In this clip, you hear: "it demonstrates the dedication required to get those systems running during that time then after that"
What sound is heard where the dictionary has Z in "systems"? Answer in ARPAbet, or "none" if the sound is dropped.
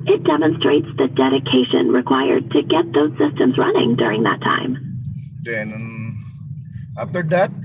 Z